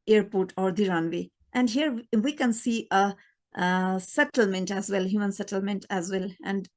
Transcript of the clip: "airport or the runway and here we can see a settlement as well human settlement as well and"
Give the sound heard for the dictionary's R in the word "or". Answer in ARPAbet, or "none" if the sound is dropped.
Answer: R